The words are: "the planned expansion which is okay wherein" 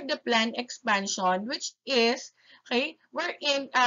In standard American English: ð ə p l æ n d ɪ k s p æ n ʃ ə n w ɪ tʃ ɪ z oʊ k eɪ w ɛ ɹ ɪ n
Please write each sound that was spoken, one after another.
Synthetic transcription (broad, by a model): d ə p l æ n ɪ k s p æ n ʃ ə n w ɪ tʃ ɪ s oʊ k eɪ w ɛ ɹ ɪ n